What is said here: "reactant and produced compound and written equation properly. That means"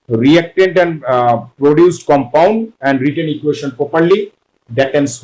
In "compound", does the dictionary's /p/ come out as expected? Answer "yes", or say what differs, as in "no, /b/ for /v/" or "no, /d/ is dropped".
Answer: yes